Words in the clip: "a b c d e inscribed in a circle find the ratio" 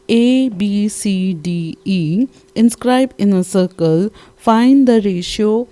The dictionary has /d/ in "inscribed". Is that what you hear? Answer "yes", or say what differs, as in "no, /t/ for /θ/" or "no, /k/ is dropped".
no, /d/ is dropped